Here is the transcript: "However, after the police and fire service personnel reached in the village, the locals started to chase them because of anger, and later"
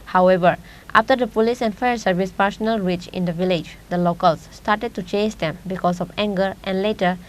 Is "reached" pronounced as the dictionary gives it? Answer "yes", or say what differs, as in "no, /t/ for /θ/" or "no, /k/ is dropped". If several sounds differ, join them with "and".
no, /t/ is dropped